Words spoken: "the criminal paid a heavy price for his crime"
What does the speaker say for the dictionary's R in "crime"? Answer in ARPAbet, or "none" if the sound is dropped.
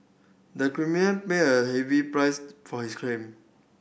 L